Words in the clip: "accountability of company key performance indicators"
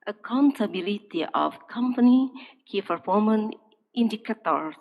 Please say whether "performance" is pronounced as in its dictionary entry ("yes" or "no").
no